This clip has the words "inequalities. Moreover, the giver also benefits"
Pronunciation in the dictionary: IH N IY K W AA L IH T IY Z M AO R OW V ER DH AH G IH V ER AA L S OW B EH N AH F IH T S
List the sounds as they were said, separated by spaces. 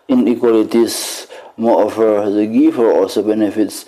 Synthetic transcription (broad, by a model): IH N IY K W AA L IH T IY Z M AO OW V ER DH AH G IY F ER AA L S OW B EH N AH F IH T S